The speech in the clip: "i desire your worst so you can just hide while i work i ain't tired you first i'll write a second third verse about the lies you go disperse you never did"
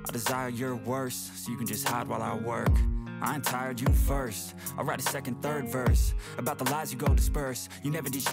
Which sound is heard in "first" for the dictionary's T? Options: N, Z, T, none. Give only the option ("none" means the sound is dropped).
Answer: none